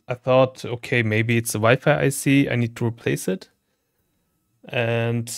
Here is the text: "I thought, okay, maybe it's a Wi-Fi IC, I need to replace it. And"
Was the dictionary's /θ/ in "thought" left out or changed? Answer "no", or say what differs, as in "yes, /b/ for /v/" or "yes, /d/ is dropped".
no